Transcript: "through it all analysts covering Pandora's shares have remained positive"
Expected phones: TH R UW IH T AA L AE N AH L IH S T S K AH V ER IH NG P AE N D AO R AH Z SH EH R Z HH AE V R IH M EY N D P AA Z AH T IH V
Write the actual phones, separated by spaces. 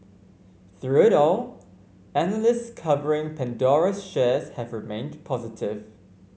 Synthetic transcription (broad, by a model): TH R UW IH T AA L AE N AH L IH S T S K AH V ER IH NG P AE N D AO R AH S SH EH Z HH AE V R IH M EY N D P AA Z AH T IH V